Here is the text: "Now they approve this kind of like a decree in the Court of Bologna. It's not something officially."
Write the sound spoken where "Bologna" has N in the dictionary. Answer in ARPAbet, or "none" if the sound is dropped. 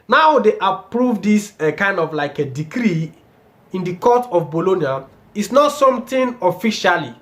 N